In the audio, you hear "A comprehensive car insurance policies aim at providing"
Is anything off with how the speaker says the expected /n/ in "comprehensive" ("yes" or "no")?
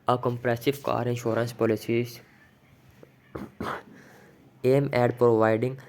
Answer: yes